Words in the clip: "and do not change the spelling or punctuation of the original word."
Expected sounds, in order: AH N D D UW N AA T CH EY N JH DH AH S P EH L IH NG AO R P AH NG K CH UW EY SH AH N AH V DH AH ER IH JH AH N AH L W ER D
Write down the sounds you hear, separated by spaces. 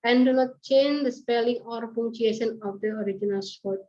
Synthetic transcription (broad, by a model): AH N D D UW N AA T CH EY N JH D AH S P EH L IH NG AO R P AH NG CH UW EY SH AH N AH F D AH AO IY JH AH N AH L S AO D